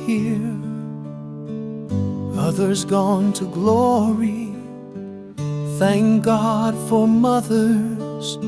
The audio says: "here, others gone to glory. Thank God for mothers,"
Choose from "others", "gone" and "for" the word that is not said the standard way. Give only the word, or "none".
none